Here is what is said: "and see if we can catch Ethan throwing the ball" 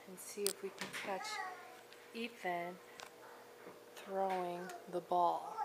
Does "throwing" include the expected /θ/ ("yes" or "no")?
yes